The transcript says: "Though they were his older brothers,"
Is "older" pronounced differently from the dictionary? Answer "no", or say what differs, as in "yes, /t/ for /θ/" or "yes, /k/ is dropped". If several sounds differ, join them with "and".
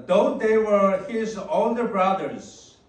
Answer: yes, /n/ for /l/